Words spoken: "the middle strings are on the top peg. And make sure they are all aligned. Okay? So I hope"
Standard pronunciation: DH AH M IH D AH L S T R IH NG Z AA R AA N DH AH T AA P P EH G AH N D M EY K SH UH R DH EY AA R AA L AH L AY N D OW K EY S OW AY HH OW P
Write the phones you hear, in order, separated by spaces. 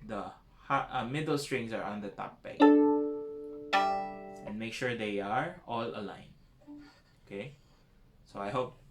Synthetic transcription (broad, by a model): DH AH M IH D AH L S T R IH NG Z AA R AA N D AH T AA P B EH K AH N M EY K SH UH R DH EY AA R AA L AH L AY N OW K EY S OW AY HH OW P